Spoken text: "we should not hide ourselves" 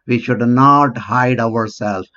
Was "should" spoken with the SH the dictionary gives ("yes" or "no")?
yes